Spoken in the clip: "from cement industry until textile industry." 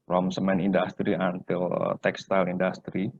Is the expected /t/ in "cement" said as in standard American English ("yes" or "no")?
no